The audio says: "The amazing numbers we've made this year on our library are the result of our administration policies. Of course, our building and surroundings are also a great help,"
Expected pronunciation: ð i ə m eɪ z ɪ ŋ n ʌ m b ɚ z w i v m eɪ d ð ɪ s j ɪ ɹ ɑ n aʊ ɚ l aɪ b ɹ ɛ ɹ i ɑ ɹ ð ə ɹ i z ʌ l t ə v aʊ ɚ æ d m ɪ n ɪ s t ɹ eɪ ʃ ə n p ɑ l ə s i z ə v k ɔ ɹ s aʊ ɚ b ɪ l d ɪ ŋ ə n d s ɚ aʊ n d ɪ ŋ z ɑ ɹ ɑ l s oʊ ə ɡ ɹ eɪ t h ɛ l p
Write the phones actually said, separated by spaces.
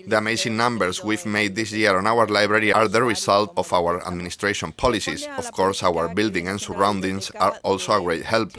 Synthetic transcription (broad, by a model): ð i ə m eɪ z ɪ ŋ n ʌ m b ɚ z w i v m eɪ d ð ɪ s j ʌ ɹ ɑ n aʊ ɚ l aɪ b ɹ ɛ ɹ i ɑ ɹ ð ə ɹ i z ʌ l t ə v aʊ ɚ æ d m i n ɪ s t ɹ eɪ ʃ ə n p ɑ l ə s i s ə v k ɔ ɹ s aʊ ɚ b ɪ l d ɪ ŋ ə n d s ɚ aʊ n d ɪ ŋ s ɑ ɹ ɑ l s oʊ ə ɡ ɹ eɪ t h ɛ l p